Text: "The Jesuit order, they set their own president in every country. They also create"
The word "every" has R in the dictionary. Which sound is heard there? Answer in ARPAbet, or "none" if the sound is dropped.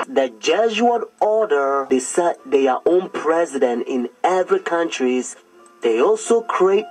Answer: R